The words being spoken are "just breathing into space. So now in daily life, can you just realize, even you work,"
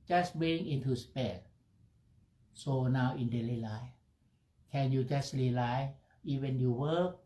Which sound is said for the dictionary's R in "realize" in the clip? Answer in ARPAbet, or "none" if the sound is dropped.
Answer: L